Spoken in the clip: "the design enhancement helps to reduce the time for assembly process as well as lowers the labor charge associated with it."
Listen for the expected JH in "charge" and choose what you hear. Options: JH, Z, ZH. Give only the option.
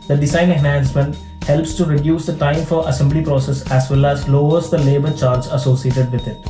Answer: Z